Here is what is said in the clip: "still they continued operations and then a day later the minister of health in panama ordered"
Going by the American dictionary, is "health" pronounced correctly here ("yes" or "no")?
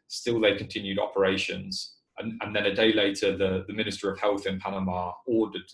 yes